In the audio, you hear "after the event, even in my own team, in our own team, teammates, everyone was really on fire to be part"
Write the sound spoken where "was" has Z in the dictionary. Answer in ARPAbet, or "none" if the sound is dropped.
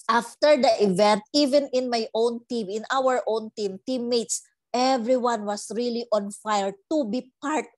S